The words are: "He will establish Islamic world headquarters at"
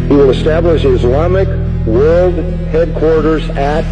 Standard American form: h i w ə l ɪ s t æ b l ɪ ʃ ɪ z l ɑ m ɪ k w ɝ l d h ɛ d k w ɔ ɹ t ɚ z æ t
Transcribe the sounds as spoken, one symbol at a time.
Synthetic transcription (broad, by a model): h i w ə l ɪ s t æ b l ɪ ʃ ɪ z l ɑ m ɪ k w ɝ l d h ɛ d k w ɔ ɹ t ɚ z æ t